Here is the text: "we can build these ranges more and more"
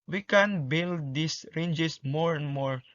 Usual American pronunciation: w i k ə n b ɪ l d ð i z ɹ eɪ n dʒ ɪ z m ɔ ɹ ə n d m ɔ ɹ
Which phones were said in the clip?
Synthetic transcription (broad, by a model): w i k ə n b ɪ l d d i s ɹ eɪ n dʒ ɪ s m ɔ ɹ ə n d m ɔ ɹ